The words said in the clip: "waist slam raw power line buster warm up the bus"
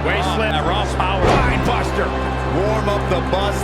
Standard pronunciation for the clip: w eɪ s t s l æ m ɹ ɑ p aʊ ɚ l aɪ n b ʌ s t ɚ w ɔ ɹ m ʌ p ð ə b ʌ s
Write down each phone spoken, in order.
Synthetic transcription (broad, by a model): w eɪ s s l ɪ ɹ ɑ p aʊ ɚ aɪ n b ʌ s t ɚ w ɔ ɹ m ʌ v ð ə b ʌ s